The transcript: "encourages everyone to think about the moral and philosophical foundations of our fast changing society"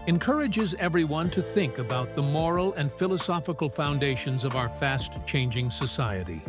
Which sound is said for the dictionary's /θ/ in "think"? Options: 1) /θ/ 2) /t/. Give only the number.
1